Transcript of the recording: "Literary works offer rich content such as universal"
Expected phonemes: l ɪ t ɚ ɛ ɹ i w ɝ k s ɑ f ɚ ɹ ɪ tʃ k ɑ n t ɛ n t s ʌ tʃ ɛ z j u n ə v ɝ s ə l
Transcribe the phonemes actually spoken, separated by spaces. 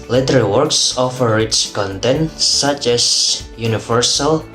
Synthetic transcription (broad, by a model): l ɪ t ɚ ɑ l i w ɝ k s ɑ f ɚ ɹ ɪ s k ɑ n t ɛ n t s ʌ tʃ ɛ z j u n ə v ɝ s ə l